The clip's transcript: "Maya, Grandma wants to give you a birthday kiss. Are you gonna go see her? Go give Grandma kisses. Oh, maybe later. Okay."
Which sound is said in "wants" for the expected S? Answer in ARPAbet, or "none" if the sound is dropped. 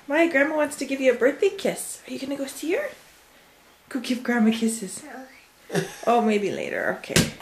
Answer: S